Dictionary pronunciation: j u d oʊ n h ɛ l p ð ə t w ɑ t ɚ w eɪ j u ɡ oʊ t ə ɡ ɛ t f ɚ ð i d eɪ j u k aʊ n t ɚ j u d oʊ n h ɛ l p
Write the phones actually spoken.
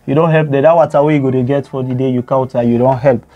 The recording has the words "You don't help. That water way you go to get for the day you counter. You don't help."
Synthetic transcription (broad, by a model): j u d oʊ n h ɛ l p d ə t w ɑ t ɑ w eɪ j u ɡ oʊ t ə ɡ ɛ t f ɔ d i d eɪ j u k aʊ t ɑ j u d oʊ n h ɛ l p